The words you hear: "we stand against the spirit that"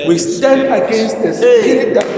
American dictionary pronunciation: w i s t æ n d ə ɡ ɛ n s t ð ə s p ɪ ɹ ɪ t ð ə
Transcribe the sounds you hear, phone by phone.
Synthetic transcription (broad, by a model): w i s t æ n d ə ɡ ɛ n s t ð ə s ɪ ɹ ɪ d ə